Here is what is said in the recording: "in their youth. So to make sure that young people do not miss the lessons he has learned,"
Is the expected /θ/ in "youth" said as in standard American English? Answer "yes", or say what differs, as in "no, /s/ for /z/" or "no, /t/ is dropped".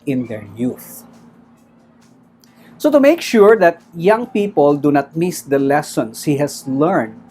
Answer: yes